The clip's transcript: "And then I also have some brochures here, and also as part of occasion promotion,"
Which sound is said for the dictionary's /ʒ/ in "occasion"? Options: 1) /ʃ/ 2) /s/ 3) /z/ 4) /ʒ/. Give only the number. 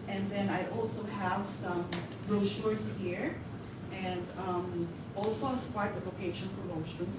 1